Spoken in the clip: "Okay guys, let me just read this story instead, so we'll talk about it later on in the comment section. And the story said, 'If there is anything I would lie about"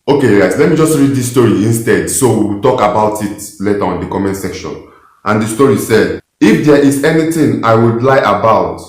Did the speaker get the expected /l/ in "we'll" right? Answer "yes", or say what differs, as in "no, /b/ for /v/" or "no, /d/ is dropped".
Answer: no, /w/ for /l/